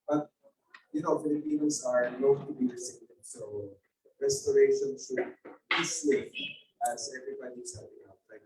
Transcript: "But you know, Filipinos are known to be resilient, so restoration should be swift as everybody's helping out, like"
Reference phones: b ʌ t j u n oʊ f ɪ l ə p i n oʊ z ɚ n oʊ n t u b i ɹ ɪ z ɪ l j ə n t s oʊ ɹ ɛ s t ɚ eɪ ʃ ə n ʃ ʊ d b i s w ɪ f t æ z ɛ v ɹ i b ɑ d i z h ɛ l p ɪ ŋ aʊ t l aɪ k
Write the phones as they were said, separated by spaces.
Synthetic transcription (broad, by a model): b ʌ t j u n oʊ f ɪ l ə p i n oʊ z ɚ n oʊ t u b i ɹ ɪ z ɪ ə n s oʊ ɹ ɛ s t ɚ eɪ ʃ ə n s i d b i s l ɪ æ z ɛ v ɹ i b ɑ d i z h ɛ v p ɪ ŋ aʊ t l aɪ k